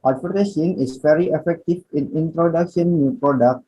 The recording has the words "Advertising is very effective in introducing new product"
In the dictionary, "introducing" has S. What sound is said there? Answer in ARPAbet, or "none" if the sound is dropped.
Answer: SH